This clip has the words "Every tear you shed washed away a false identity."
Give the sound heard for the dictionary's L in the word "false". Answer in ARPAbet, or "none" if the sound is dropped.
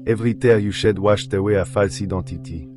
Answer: L